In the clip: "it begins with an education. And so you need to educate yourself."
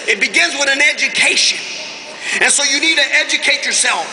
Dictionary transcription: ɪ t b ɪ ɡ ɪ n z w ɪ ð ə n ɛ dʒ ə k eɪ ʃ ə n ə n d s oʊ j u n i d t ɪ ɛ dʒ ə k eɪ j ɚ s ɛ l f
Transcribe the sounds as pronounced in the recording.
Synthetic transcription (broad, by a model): ɪ t b ɪ ɡ ɪ n z w ɪ ð ə n ɛ dʒ ə k eɪ ʃ ə n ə n s oʊ j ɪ n i d t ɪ ɛ dʒ ə k eɪ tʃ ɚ s ɛ l f